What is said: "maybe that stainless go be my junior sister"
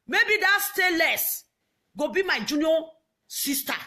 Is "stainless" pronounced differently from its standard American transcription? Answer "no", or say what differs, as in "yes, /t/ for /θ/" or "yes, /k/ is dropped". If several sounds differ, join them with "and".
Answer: yes, /n/ is dropped